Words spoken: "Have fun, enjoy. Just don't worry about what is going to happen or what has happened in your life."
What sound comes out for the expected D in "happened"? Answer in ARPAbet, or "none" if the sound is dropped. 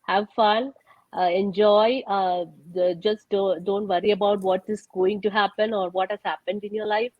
D